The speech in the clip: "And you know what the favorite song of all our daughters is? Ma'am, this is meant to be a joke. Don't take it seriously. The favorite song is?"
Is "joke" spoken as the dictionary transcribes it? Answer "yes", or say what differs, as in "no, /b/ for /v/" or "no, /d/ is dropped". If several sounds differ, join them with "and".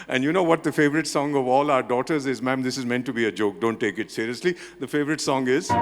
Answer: yes